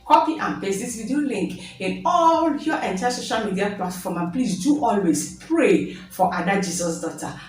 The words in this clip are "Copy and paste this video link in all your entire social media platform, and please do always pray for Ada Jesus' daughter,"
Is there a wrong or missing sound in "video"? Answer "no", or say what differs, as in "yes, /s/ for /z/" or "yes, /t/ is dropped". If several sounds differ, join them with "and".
yes, /w/ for /v/